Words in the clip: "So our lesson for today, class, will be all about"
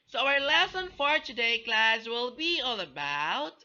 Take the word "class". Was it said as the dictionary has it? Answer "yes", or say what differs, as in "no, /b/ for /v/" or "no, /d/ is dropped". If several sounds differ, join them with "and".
yes